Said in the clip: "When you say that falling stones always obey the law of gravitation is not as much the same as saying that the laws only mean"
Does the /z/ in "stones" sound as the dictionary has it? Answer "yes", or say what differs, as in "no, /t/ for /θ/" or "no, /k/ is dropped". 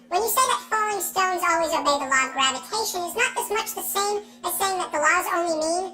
yes